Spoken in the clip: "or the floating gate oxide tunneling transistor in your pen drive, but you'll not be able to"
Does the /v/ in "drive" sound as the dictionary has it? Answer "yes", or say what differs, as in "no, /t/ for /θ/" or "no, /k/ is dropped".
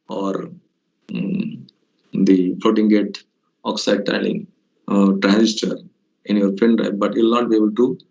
no, /p/ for /v/